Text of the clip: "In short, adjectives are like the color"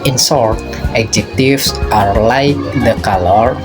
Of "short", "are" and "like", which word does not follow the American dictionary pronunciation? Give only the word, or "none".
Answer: short